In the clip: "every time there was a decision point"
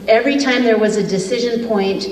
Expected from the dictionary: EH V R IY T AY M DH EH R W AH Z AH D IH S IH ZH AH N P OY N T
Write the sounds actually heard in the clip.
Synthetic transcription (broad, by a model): EH V R IY T AY M DH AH R W AH Z AH D IH S IH ZH AH N P OY N T